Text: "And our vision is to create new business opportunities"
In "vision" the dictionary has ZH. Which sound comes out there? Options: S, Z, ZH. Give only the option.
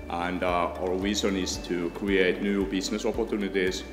Z